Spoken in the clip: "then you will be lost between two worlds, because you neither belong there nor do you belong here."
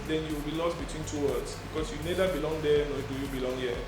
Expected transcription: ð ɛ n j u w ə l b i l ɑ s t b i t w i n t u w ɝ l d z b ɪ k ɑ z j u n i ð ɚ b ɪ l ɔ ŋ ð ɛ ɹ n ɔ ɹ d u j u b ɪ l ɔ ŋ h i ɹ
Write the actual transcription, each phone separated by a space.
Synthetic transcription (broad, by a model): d ɛ n j u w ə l b i l ɑ s t b i t w i n t u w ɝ d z b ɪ k ɑ s j u n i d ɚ b ɪ l ɔ ŋ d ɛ n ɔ d u j u b ɪ l ɔ ŋ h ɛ